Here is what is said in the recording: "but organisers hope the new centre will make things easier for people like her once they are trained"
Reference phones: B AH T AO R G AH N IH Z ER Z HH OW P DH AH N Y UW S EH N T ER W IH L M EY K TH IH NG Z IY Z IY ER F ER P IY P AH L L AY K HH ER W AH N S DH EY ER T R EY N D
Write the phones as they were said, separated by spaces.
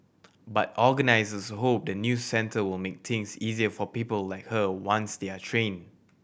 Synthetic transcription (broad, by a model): B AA T AO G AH N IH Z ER S HH OW P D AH N Y UW S EH N T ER W IH L M EY K T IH NG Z IY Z IY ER F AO P IY P AH L L AY K HH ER W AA N S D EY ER T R EY N